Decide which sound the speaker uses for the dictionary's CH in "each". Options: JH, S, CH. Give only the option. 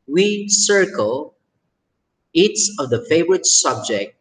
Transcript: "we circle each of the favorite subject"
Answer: S